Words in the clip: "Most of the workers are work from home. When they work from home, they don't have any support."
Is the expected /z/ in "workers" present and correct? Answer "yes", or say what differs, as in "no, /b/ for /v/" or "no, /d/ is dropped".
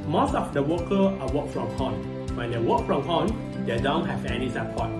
no, /z/ is dropped